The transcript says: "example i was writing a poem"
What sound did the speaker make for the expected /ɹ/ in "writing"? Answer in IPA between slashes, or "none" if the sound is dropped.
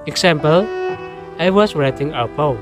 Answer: /ɹ/